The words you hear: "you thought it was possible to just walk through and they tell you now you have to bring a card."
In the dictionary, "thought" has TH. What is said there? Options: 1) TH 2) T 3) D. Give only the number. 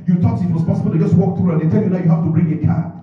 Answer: 2